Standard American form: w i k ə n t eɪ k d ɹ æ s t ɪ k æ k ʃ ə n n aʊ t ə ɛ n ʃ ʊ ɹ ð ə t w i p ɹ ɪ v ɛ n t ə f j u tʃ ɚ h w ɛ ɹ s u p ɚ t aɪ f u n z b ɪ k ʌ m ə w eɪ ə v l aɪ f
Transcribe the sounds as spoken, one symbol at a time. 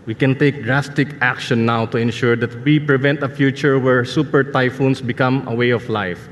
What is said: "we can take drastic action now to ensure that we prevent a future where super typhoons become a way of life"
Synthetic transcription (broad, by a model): w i k ə n t eɪ k d ɹ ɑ s t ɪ k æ k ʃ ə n n aʊ t ə ɛ n ʃ ʊ ɹ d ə t w i p ɹ ɪ v ɛ n t ə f j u tʃ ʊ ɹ w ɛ ɹ s u p ɚ t aɪ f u n s b ɪ k ʌ m ə w eɪ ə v l aɪ f